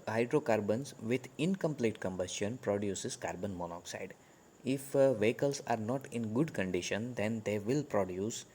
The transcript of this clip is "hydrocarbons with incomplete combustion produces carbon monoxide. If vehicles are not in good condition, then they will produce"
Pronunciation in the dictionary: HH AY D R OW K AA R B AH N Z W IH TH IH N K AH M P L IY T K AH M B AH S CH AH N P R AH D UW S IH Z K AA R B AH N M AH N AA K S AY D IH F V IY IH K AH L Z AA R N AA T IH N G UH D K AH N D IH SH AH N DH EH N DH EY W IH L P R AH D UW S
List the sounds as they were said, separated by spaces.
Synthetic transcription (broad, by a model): HH AY D R OW K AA R B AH N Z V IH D IH N K AH M P L IY T K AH M B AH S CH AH N P R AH D UW S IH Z K AA R B AH N M AH N AA K S AY D IH F V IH K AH L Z AA R N AA T IH N G UH D K AH N D IH SH AH N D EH N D EY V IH L P R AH D UW S